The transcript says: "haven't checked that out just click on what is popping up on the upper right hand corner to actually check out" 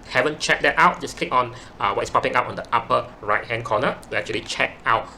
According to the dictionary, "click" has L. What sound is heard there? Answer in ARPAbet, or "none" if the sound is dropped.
L